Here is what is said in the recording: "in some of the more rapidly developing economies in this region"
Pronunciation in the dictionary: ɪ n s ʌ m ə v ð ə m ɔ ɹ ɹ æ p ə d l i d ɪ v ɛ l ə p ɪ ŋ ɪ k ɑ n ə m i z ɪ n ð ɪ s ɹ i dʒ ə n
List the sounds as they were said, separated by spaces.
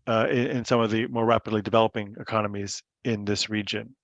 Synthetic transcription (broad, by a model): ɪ n s ʌ m ə v ð ə m ɔ ɹ ɹ æ p ə d l i d ɪ v ɛ l ə p ɪ ŋ ɪ k ɑ n ə m i z ɪ n ð ɪ s ɹ i dʒ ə n